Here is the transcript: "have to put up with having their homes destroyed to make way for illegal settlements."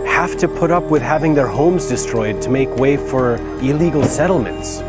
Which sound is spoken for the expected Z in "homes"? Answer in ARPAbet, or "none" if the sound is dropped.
Z